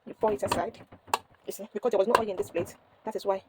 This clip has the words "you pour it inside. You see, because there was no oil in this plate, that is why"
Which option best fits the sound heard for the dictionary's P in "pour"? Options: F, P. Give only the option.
F